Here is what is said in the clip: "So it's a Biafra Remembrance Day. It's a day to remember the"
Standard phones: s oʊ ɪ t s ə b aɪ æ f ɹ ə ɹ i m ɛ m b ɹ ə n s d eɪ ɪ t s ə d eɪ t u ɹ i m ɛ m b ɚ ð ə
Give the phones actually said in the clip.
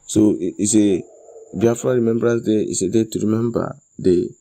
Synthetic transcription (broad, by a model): s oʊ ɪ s ə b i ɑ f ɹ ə ɹ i m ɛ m b ɹ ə s d eɪ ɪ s ə d eɪ t u ɹ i m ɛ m b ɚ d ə